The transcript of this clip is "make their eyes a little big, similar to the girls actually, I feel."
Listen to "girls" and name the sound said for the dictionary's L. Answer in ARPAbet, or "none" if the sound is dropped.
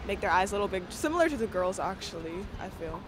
L